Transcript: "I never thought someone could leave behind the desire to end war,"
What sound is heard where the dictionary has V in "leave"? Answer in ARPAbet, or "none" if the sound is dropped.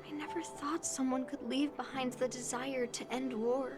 V